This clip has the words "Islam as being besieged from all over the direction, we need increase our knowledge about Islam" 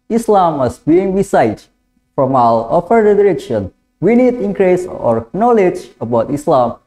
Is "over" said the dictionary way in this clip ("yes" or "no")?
no